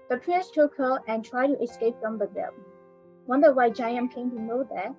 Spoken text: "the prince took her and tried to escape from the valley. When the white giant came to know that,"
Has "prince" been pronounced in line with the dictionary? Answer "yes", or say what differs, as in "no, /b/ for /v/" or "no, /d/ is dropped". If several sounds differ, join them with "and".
no, /n/ is dropped